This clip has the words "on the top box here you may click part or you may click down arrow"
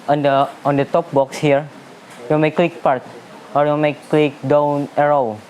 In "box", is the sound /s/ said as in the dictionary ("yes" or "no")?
yes